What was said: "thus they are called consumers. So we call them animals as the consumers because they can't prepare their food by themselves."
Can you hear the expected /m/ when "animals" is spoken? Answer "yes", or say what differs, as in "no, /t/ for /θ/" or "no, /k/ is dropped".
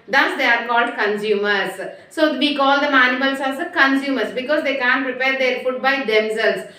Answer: no, /m/ is dropped